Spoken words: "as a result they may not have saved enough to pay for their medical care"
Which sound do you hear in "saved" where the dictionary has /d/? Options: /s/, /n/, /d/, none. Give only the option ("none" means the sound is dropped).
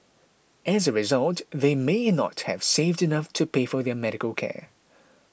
/d/